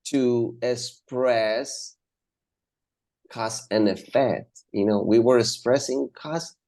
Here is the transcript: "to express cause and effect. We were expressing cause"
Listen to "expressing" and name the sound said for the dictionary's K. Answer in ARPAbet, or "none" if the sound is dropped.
K